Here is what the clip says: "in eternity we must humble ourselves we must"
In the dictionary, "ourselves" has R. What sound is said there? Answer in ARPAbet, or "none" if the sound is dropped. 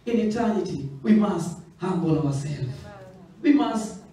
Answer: W